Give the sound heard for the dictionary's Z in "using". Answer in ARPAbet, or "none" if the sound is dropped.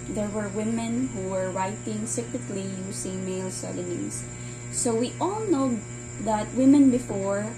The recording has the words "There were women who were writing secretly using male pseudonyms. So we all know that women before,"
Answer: S